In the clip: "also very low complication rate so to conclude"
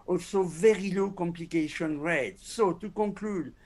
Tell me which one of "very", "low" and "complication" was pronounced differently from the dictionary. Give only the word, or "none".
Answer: none